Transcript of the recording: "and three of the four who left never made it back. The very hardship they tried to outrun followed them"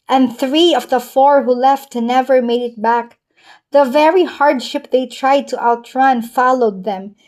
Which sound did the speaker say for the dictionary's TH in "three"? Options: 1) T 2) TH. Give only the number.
2